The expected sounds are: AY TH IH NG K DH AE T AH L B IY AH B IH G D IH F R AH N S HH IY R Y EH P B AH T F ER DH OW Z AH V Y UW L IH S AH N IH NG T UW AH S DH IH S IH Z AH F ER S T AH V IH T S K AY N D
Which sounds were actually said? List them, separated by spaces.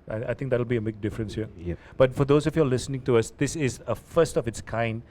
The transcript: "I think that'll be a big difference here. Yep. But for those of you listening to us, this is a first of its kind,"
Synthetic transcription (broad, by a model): AY T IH NG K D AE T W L B IY AH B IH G D IH F R AH N S HH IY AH B AH T F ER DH OW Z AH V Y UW L IH S AH N IH NG T UW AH S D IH S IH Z AH F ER S T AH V IH T S K AY N D